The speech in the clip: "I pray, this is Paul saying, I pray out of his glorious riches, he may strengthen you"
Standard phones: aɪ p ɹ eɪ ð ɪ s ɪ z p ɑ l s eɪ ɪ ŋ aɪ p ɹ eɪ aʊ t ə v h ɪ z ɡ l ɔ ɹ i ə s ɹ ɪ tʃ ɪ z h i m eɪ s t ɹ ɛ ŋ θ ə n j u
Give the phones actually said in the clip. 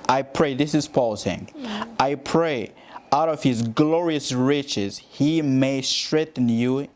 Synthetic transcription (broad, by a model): aɪ p ɹ eɪ ð ɪ s ɪ z p ɑ l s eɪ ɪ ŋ aɪ p ɹ eɪ aʊ t ə v h ɪ z ɡ l ɔ ɹ i ə s ɹ ɪ tʃ ɪ z h i m eɪ s t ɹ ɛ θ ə n j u